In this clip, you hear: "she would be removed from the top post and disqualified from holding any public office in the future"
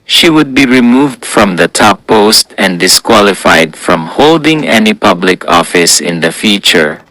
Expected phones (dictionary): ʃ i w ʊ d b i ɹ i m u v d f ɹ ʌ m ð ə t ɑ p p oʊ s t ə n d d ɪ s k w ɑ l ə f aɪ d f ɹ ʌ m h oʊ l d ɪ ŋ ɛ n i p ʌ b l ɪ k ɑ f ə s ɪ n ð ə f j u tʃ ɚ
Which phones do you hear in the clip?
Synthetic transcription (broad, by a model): ʃ i w ʊ d b i ɹ i m u v d f ɹ ʌ m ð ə t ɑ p p oʊ s t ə n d d ɪ s k w ɑ l ə f aɪ d f ɹ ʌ m h oʊ l d ɪ ŋ ɛ n i p ʌ b l ɪ k ɑ f ə s ɪ n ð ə f j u tʃ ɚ